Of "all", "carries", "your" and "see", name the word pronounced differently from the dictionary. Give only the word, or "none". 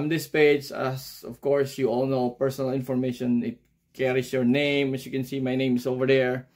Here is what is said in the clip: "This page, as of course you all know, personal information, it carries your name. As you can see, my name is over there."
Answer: carries